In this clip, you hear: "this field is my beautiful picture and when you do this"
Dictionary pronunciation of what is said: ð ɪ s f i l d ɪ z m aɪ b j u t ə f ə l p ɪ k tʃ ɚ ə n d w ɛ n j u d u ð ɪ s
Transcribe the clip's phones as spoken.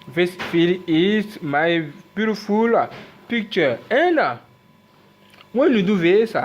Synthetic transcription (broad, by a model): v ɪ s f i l ɪ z m aɪ b j u t ə f ə l p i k tʃ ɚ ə n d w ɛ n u d u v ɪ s